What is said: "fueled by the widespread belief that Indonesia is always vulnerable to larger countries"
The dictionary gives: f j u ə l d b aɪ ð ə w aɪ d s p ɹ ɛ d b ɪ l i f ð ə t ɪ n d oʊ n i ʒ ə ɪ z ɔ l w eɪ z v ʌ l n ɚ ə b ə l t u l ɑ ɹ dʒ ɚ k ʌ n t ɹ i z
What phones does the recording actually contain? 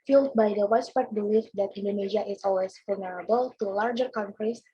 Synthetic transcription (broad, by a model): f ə l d b aɪ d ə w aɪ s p ɛ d b ɪ l i f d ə t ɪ n d oʊ n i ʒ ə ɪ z ɔ l w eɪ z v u l n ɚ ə b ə l t u l ɑ ɹ dʒ ɚ k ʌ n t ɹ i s